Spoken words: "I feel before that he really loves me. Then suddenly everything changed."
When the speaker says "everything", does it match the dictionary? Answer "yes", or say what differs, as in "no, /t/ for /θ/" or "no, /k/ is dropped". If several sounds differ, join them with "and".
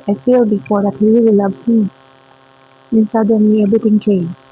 no, /b/ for /v/ and /t/ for /θ/